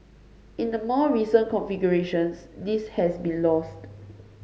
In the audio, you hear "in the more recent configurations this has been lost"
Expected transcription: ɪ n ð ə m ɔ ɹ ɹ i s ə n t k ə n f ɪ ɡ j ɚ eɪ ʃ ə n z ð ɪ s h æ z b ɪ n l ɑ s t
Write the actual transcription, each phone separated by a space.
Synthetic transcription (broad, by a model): ɪ n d ə m ɔ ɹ ɹ i s ə n k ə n f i ɡ j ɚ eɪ ʃ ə n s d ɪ s h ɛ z b ɪ n l ɑ s t